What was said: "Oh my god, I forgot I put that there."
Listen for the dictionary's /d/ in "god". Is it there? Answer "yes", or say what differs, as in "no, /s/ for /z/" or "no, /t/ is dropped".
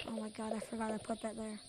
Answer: yes